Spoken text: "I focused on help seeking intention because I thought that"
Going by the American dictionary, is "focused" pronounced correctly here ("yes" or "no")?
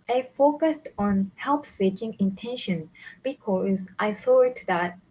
yes